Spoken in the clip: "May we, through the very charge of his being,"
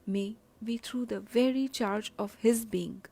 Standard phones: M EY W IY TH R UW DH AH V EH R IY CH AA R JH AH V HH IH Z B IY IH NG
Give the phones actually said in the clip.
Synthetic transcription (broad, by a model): M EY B IY T R UW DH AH V EH R IY CH AA R JH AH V HH IH Z B IY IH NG